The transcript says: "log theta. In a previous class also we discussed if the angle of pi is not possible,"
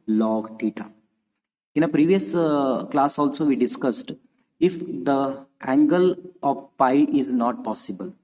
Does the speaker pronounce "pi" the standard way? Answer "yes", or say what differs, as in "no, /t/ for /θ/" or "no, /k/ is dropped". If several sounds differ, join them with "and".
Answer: yes